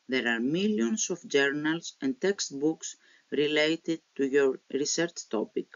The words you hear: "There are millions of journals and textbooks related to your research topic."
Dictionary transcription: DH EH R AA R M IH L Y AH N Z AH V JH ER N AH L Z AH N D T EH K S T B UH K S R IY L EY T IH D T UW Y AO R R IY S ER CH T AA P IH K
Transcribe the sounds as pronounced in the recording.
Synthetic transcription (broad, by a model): DH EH R AA R M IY L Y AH N S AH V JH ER N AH L S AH N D T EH K S T B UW K S R IY L EY T IH D T UW Y AO R R IY S ER CH T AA P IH K